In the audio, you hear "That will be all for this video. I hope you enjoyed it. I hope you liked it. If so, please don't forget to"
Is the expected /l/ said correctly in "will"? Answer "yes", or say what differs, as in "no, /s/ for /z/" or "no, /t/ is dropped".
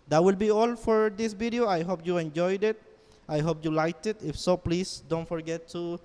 yes